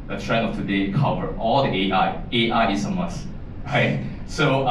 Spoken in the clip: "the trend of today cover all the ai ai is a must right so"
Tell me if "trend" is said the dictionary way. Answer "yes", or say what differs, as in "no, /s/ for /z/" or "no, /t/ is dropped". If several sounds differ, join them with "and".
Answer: no, /d/ is dropped